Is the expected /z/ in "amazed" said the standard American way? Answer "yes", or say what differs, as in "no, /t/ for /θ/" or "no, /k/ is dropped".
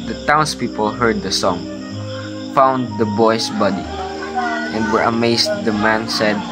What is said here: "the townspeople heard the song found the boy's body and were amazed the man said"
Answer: no, /s/ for /z/